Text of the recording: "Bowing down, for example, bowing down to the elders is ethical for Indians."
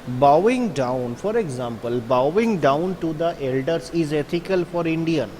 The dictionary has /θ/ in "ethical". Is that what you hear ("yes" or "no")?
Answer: no